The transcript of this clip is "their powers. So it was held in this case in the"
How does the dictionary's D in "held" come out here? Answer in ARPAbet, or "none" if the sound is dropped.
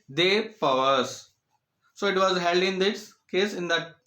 D